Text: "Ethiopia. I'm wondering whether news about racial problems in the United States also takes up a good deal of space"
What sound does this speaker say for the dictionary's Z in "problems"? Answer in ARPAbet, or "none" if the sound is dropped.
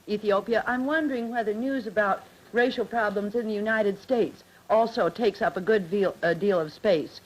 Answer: Z